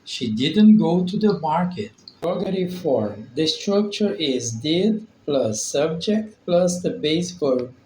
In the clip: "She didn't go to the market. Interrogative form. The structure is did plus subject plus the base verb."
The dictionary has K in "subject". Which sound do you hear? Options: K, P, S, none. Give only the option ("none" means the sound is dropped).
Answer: K